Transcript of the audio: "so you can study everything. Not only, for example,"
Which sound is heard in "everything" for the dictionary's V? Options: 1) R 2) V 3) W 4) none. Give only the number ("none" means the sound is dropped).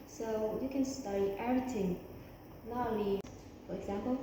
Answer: 4